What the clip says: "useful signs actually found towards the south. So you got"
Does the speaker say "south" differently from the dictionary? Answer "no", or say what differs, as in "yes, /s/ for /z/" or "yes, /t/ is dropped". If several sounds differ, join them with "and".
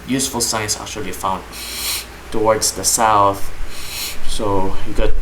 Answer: no